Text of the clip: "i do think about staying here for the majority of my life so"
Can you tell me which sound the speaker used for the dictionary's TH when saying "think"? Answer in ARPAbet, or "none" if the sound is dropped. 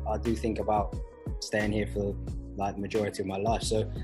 TH